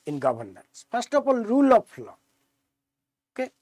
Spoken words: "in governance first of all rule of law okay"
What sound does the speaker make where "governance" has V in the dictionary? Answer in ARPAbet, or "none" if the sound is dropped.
B